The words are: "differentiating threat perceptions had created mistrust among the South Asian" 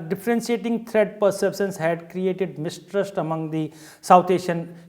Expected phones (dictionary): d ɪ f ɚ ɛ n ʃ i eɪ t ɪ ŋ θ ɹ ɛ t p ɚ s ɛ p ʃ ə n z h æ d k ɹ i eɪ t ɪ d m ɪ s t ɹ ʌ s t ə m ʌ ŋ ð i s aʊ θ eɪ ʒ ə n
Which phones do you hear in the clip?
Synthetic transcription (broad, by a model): d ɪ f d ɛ n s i eɪ t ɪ ŋ t ɹ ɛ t p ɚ s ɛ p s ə n s h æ d k ɹ i eɪ t ɪ d m ɪ s t ɹ ʌ s t ə m ʌ ŋ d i s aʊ t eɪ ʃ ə n